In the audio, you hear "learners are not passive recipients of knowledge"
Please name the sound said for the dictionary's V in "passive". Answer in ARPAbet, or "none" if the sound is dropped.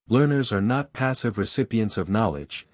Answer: V